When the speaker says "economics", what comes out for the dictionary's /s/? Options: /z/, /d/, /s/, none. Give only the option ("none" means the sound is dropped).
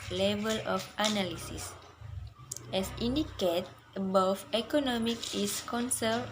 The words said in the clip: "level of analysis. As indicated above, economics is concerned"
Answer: none